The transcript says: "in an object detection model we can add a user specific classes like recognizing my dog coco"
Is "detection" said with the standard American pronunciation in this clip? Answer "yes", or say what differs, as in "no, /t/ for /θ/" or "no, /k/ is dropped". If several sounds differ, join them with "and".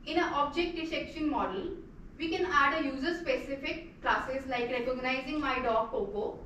no, /s/ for /t/